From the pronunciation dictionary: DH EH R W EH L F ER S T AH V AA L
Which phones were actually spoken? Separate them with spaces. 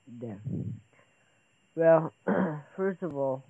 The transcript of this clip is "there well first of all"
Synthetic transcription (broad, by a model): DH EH W EH L F ER S T AH V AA L